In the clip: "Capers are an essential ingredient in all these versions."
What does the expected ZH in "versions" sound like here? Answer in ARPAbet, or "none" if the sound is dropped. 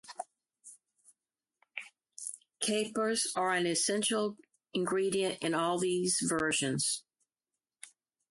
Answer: ZH